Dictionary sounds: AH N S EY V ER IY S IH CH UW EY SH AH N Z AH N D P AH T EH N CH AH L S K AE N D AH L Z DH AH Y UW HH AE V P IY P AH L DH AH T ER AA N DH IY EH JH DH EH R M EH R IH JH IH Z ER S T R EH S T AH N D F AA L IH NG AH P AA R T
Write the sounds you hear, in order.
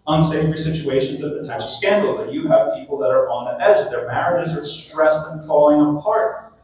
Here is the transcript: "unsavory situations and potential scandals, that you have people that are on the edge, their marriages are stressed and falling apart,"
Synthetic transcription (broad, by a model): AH N S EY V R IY S IH CH UW EY SH AH N Z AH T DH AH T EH CH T S K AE N D L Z DH AH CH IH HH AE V P IY P L DH AH T ER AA N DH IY EH JH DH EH R M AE R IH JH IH Z ER S T R EH S T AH N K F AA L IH NG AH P AA R T